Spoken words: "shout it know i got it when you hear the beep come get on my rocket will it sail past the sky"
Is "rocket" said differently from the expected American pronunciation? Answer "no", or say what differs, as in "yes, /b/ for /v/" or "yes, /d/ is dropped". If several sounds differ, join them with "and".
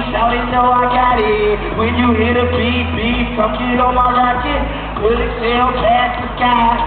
yes, /l/ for /ɹ/